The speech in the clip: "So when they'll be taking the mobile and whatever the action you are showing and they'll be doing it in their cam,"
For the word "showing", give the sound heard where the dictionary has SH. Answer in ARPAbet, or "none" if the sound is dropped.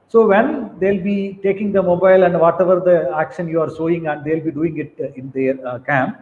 S